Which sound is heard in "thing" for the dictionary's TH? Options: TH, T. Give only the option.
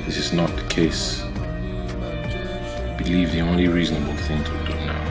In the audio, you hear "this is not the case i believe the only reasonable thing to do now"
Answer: TH